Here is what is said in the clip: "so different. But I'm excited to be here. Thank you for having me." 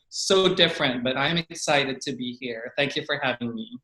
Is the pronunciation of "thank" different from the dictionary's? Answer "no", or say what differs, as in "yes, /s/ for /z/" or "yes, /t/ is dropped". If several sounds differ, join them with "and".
no